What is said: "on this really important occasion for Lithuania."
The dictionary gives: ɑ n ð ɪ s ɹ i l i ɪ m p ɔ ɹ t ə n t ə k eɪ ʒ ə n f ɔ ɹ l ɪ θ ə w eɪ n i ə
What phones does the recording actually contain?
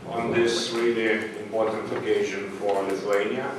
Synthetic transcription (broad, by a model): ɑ n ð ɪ s w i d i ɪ m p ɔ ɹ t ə n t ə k eɪ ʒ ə n f ɔ ɹ l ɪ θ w eɪ n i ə